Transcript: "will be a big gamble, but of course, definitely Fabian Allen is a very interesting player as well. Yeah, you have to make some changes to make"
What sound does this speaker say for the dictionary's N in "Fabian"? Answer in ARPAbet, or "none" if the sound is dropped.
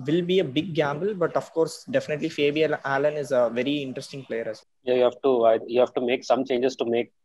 L